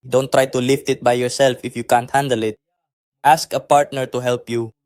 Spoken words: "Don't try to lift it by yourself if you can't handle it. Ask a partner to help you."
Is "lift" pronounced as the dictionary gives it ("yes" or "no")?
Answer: yes